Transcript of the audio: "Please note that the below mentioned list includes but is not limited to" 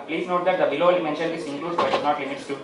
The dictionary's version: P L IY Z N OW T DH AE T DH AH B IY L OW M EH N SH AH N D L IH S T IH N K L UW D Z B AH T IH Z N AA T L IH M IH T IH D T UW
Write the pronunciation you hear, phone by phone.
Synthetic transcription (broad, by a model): P L IY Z N OW T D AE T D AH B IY L OW M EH N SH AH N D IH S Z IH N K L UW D B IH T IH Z N AA T L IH M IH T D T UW